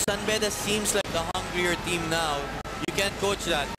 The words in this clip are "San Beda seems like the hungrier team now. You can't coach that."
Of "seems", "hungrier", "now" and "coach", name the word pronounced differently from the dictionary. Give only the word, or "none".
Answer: seems